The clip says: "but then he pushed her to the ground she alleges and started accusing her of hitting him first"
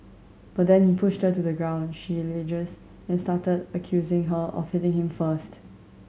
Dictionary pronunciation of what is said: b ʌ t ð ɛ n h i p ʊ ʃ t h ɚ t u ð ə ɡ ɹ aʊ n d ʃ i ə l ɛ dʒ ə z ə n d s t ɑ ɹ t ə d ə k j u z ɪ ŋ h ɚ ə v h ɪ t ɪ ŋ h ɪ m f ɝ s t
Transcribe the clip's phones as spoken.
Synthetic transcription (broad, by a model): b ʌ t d ɛ n h i p ʊ ʃ t h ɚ t u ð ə ɡ ɹ aʊ n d ʃ i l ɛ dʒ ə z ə n s t ɑ t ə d ə k j u z ɪ ŋ h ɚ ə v h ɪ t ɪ ŋ h ɪ m f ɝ s t